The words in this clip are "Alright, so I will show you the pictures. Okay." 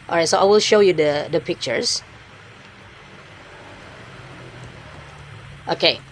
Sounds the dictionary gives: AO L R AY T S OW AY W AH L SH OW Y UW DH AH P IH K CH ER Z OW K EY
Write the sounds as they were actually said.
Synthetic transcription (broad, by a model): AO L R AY T S OW AY W AH L SH OW Y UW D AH P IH K CH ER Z OW K EY